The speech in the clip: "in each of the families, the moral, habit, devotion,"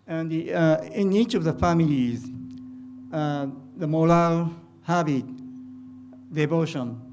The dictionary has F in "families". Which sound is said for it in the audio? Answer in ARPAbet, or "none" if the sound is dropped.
F